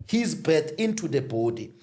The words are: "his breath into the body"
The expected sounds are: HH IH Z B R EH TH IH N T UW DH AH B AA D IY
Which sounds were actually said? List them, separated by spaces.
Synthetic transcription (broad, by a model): HH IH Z B EH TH IH N T UW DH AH B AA D IY